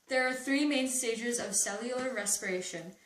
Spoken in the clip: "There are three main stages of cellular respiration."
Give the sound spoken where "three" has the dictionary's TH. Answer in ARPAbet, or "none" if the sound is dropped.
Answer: TH